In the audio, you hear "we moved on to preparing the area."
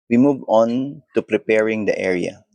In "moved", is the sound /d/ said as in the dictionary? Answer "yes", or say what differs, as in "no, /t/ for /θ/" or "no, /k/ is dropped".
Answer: no, /d/ is dropped